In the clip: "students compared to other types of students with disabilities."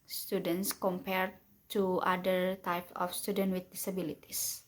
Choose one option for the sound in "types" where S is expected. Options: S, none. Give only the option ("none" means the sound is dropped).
none